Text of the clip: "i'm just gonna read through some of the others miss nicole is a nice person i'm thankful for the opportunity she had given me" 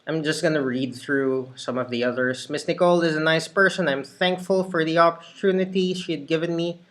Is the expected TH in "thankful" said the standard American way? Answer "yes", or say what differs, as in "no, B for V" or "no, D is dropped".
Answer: yes